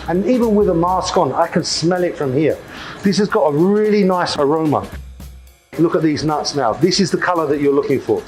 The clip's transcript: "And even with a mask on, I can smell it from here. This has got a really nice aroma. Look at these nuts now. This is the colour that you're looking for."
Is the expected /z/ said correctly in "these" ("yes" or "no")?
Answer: yes